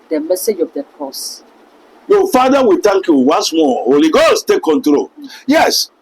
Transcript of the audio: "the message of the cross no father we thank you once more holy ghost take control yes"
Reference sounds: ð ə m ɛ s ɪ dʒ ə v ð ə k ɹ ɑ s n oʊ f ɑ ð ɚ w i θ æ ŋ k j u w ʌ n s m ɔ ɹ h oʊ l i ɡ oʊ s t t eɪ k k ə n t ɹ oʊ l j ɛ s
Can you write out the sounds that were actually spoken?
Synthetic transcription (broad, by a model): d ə m ɛ s ɪ dʒ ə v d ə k ɑ s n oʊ f ɑ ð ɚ w i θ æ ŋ k j u w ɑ n s m ɔ h oʊ l i ɡ oʊ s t t eɪ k k ə n t ɹ oʊ l j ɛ s